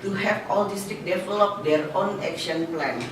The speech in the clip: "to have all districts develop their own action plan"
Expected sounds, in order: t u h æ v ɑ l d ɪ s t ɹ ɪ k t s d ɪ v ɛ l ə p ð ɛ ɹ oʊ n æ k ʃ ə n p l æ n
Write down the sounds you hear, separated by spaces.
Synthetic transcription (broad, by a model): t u h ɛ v ɑ l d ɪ s t ɪ k d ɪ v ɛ l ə p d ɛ ɹ oʊ n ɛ k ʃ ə n p l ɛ n